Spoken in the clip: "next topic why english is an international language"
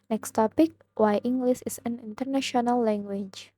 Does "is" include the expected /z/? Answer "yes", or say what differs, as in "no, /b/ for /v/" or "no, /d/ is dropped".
no, /s/ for /z/